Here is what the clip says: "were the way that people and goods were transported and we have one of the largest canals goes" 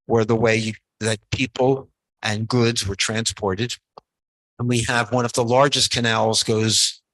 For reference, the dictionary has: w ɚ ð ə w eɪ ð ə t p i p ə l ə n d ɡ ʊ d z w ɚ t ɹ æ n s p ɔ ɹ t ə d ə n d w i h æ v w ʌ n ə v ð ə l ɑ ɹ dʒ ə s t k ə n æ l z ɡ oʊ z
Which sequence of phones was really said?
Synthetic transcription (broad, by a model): w ɚ ð ə w eɪ ð ə t p i p l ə n ɡ ʊ d z w ɚ t ɹ æ n s p ɔ ɹ t ə d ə n w i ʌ v w ʌ n ə v ð ə l ɑ ɹ dʒ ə s k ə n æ l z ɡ oʊ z